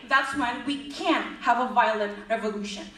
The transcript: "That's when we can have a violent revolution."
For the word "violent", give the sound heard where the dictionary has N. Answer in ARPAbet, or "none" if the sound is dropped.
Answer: none